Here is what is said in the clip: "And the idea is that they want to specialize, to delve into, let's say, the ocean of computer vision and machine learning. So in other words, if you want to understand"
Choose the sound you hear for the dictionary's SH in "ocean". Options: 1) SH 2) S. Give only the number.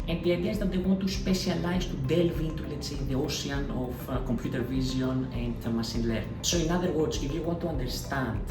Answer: 2